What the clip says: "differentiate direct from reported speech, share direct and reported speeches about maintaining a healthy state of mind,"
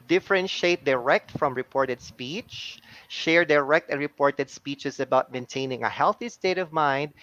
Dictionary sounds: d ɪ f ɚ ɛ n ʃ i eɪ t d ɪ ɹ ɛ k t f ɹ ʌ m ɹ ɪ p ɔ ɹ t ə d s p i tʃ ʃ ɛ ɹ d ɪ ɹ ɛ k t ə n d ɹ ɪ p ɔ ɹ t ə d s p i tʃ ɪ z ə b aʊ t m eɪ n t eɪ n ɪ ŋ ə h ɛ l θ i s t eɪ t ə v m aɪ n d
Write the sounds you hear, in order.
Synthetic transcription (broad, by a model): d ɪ f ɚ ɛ n ʃ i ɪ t d ɪ ɹ ɛ k t f ɹ ʌ m ɹ ɪ p ɔ ɹ t ə d s p i tʃ ʃ ɛ ɹ d ɪ ɹ ɛ k t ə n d ɹ ɪ p ɔ ɹ t ə d s p i tʃ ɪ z ə b aʊ t m eɪ n t eɪ n ɪ ŋ ə h ɛ l θ i s t eɪ t ə v m aɪ n d